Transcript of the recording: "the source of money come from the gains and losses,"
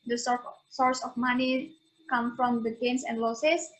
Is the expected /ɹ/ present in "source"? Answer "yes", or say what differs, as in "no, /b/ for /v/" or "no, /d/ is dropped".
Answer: yes